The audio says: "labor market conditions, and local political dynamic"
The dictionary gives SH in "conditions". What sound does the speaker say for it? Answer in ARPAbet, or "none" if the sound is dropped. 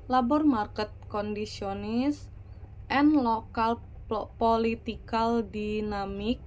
S